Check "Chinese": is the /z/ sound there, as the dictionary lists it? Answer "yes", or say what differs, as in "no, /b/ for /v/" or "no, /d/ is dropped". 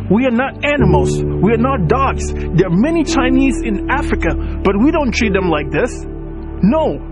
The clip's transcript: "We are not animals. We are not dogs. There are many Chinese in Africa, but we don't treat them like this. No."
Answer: yes